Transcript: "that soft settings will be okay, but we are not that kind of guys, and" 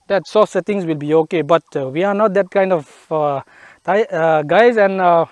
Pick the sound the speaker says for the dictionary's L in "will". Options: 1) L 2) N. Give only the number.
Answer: 1